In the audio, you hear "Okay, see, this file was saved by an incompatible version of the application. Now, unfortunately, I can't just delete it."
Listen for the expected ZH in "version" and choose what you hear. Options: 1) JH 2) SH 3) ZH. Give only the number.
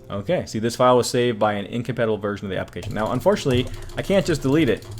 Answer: 3